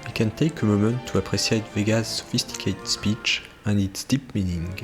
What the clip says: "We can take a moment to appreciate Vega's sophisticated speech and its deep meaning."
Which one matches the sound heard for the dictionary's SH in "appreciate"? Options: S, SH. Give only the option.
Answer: S